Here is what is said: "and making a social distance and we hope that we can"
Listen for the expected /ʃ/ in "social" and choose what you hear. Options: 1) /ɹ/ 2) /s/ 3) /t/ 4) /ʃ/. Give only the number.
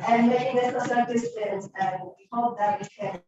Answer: 2